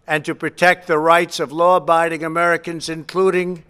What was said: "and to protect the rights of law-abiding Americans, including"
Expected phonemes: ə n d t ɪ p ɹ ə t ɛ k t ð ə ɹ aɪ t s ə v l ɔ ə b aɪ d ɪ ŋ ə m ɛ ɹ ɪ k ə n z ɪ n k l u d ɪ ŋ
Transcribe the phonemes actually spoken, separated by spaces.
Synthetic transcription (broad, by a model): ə n t ɪ p ɹ ə t ɛ k t ð ə ɹ aɪ t s ə v l ɔ ə b aɪ d ɪ ŋ ə m ɛ ɹ ɪ k ə n z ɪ n k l u d ɪ ŋ